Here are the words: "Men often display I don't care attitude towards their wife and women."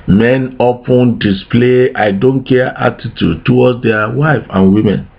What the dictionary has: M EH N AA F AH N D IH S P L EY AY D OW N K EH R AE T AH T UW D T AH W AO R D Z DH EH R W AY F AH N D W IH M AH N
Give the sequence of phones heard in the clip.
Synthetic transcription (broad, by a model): M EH N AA P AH N D IH S P L EY AY D OW N K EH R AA T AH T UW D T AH W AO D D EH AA W AY F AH N W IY M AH N